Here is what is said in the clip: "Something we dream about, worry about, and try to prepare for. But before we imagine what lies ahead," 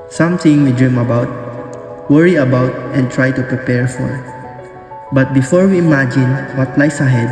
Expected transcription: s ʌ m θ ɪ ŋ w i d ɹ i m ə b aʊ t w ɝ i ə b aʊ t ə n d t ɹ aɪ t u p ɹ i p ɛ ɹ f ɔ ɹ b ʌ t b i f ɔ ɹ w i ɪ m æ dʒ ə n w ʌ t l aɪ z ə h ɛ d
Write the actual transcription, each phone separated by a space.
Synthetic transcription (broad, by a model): s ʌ m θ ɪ ŋ w i d ɹ i m ə b aʊ t w ɝ i ə b aʊ t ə n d t ɹ aɪ t u p ɹ i p ɛ ɹ f ɔ ɹ b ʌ t b i f ɔ ɹ w i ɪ m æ dʒ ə n w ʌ t l aɪ s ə h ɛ d